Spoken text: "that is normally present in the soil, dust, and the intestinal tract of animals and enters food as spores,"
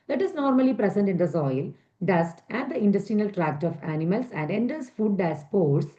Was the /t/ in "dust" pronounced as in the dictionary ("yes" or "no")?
yes